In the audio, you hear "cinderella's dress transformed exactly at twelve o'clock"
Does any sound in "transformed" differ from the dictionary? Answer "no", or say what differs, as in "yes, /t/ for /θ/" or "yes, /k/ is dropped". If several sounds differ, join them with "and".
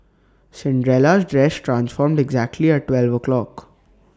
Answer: no